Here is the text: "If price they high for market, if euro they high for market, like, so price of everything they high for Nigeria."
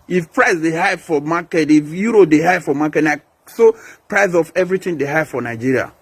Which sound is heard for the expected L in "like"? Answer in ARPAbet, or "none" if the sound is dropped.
N